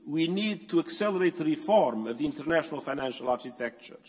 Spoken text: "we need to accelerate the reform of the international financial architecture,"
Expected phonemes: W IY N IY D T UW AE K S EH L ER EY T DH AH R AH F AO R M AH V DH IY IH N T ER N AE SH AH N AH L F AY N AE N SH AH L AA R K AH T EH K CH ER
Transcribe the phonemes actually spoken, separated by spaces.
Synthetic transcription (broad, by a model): W IY N IY D T UW AE K S EH L ER EY T DH AH R AH F AO R M AH V DH IY N T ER N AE SH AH N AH L F AY N AE N SH AH L AA R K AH T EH K CH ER